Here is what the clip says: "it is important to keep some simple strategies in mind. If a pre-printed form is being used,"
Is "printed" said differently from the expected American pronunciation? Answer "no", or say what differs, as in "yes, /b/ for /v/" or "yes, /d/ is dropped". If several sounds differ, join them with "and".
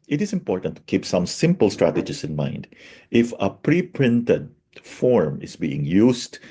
no